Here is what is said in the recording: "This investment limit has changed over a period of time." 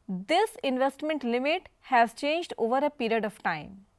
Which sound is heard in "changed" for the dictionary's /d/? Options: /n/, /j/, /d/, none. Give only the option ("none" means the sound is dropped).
/d/